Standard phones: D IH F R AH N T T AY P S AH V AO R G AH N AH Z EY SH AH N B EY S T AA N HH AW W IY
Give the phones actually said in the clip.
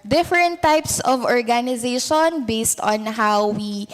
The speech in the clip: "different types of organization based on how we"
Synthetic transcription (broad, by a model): D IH F R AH N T T AY P S AH V AO R G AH N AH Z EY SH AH N B EY S T AA N HH AW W IY